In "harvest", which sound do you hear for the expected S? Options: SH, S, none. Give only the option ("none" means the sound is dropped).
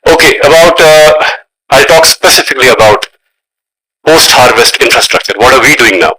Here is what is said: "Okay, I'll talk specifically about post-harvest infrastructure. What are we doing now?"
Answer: S